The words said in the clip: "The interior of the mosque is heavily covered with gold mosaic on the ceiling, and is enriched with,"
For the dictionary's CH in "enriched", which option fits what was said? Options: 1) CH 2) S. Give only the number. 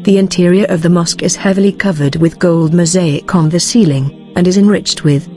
1